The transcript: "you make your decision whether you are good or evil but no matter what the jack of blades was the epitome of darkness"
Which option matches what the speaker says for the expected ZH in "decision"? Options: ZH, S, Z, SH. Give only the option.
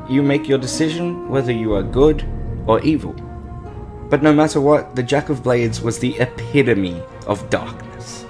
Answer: ZH